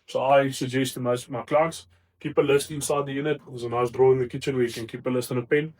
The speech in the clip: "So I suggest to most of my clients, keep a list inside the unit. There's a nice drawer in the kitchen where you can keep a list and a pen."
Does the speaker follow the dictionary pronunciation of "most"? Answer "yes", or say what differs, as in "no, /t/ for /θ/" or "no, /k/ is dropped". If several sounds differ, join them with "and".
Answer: no, /s/ is dropped